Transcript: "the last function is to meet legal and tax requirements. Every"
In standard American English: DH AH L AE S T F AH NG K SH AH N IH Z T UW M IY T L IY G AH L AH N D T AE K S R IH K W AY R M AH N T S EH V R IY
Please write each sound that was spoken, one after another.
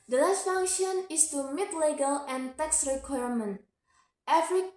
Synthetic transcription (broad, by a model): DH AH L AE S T F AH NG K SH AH N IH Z T UW M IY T L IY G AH L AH N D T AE K S R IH K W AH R M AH N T EH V R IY